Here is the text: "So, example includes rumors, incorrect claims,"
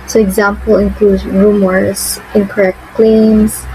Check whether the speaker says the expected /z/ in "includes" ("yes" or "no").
no